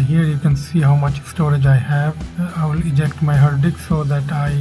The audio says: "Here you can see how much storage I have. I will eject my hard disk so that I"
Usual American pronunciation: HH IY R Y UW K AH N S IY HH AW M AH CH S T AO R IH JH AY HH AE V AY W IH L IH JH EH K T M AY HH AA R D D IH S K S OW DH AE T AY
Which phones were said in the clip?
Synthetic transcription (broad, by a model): HH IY R Y UW K AH N S IY HH AW M AH CH S T AO R IH JH AY HH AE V AY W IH L IH JH EH K T M AY HH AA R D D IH K S OW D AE T AY